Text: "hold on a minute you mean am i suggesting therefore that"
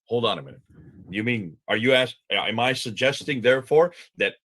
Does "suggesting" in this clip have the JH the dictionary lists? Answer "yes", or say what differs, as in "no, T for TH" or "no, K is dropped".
yes